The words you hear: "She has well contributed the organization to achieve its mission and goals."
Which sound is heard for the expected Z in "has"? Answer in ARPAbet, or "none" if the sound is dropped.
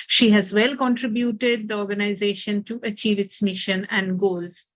Z